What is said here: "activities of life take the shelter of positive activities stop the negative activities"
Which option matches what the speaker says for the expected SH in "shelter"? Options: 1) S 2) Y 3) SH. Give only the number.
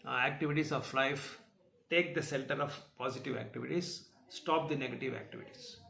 1